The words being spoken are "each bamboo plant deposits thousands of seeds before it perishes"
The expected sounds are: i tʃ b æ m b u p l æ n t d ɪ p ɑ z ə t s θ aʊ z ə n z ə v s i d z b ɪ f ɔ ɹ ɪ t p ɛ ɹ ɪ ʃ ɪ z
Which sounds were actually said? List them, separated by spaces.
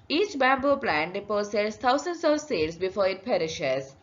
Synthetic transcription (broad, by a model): i tʃ b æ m b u p l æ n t d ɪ p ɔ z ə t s t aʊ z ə n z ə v s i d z b ɪ f ɔ ɹ ɪ t p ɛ ɹ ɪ ʃ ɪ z